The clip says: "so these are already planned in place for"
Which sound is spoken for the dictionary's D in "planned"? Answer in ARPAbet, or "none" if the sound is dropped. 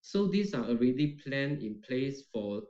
none